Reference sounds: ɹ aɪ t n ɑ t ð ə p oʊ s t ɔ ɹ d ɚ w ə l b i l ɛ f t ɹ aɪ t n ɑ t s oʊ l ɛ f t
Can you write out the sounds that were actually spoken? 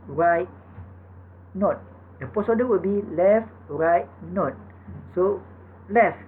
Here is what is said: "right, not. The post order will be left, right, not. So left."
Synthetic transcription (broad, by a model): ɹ aɪ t n ɑ t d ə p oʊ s ɔ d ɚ w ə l b i l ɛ f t ɹ aɪ t n ɑ t s oʊ l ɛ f